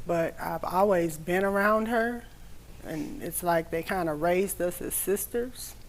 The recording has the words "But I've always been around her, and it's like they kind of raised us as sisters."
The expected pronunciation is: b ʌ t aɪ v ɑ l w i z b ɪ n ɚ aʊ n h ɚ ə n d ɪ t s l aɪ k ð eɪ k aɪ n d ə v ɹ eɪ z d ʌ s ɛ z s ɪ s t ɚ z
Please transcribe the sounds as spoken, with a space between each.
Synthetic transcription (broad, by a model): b ʌ t aɪ v ɑ l w i z b ɪ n ɚ aʊ n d ɚ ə n ɪ t s l aɪ k ð eɪ k aɪ n d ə ɹ eɪ z d ʌ s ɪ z s ɪ s t ɚ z